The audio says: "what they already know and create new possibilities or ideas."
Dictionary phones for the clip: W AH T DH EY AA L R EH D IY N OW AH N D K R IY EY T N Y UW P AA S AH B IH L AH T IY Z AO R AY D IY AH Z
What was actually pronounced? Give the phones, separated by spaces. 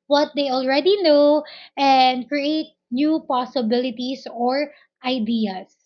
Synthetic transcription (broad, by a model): W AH T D EY AA L R EH D IY N OW AH N D K R IY EY T N Y UW P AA S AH B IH L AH T IY S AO R AY D IY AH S